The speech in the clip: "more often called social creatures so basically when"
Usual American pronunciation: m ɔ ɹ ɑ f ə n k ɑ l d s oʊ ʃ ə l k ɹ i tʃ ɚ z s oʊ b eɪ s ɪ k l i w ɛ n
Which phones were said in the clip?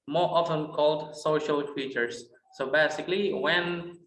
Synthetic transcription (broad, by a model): m ɔ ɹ ɑ f ə n k ɑ l d s oʊ ʃ ə l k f i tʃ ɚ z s oʊ b eɪ s ɪ k l i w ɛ n